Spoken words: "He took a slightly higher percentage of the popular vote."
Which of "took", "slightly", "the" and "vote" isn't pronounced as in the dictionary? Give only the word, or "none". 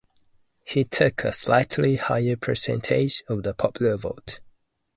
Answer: none